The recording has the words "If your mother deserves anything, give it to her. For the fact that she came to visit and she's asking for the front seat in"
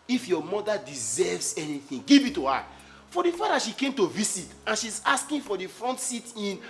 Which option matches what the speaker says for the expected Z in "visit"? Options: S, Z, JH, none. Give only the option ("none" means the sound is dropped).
S